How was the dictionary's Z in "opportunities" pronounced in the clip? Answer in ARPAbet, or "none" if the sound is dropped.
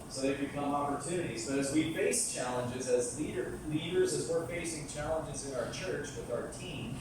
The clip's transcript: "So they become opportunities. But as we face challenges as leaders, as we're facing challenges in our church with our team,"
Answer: Z